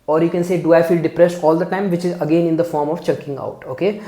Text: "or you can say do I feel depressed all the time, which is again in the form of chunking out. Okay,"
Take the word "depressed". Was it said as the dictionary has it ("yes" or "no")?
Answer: yes